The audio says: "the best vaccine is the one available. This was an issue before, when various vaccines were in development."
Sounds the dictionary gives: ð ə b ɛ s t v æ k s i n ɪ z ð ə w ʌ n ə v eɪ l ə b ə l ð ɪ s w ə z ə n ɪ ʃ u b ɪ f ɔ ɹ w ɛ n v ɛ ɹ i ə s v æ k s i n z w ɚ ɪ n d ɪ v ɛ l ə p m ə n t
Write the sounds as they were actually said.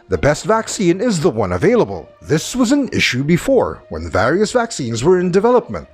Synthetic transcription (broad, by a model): ð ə b ɛ s t v æ k s i n ɪ z ð ə w ʌ n ə v eɪ l ə b ə l ð ɪ s w ə z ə n ɪ ʃ u b ɪ f ɔ ɹ w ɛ n v ɛ ɹ i ə s v æ k s i n z w ɚ ɪ n d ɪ v ɛ l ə p m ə n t